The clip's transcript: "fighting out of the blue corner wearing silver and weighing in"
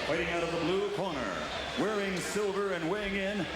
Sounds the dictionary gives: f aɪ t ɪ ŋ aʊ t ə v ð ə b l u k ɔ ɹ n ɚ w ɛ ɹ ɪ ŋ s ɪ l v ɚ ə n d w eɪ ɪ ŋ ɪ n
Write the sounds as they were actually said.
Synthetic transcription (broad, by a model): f aɪ t ɪ ŋ aʊ t ə v ð ə b l u k ɔ ɹ n ɚ w ɛ ɹ ɪ ŋ s ɪ l v ɚ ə n w eɪ ɪ ŋ ɪ n